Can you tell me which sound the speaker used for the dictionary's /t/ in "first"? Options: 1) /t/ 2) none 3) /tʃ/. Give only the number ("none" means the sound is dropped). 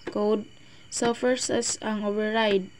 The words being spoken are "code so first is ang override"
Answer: 2